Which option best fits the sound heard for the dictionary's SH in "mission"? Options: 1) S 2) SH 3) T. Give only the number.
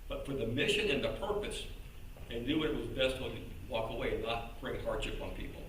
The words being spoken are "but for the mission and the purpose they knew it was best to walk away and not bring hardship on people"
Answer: 2